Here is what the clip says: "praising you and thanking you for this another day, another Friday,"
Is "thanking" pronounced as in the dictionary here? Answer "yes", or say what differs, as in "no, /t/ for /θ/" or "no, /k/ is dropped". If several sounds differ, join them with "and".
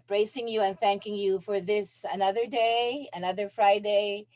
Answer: yes